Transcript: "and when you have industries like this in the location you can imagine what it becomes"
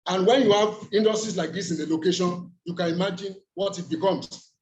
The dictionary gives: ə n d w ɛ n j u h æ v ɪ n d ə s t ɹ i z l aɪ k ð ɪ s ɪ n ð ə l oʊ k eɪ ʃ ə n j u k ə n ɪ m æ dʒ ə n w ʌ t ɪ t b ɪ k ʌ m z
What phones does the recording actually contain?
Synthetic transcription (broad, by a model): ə n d w ɛ n j u h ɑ v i n d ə s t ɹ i s l aɪ k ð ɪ s ɪ n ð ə l oʊ k eɪ ʃ ə n j u k ə n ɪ m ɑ dʒ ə n w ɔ t ɪ t b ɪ k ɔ m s